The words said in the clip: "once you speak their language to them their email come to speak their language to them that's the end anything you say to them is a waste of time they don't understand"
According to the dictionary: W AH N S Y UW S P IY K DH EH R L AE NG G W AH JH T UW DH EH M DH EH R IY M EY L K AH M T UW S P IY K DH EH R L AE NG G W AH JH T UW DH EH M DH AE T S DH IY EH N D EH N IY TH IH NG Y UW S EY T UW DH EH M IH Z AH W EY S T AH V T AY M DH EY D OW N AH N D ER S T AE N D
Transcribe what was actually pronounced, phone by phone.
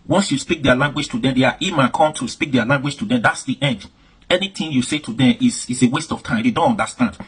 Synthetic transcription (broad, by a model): W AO N S Y UW S P IY K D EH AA L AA NG G W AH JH T UW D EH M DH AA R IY M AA N K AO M T UW S P IY K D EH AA L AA NG G W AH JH T UW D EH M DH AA T S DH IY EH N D EH N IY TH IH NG Y UW S EY T UW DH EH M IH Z AH W EY S T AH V T AY M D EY D OW N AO N D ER S T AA N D